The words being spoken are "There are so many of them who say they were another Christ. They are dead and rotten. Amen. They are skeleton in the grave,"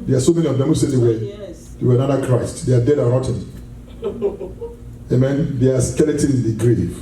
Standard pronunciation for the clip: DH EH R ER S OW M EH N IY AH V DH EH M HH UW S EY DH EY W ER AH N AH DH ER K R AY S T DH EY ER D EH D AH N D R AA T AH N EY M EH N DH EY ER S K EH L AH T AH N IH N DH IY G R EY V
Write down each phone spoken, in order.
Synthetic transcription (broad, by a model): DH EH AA S OW M EH N IY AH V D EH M HH UW S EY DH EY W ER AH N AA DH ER K R AY S T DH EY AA D EH D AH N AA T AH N EY M EH N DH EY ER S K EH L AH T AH IH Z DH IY G R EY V